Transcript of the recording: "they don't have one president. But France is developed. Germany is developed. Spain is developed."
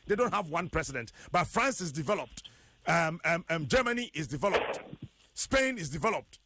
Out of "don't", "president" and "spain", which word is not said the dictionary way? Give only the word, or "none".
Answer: president